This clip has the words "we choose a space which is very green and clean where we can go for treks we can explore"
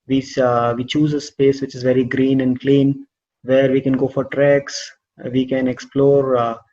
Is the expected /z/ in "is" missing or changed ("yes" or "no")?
no